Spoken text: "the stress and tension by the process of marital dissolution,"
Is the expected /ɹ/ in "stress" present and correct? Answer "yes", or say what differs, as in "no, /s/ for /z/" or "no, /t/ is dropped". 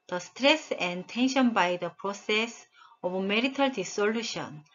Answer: yes